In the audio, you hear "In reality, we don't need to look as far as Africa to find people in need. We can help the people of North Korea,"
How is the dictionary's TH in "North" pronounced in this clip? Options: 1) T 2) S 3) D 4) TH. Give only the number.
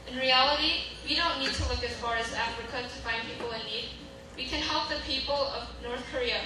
4